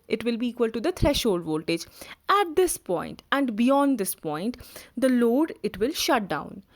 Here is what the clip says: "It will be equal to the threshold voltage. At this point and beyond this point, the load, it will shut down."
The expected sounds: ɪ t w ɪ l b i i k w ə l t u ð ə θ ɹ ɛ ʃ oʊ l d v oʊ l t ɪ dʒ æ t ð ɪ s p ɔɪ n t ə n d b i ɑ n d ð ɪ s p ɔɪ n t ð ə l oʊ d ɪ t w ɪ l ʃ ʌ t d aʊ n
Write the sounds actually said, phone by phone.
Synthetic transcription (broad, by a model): ɪ t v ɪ l b i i k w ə l t u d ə t ɹ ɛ ʃ oʊ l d v oʊ l t ɪ dʒ æ t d ɪ s p ɔɪ n t ə n d b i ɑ n d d ɪ s p ɔɪ n t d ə l oʊ d ɪ t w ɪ l ʃ ʌ t d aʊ n